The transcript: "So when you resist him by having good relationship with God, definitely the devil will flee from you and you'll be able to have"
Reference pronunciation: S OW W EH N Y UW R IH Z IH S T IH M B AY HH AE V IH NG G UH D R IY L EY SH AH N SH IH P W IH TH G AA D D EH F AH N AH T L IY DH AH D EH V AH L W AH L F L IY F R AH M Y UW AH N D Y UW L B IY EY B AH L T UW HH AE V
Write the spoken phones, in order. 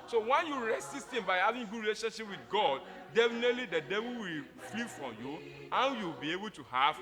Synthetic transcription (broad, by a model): S OW W EH N Y UW R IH S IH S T IH M B AY HH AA V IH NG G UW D R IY L EY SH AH N SH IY P W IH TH G AA D D EH F AH N AH T L IY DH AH D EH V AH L W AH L F L IY F R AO M Y UW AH N Y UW W B IY EY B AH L T UW HH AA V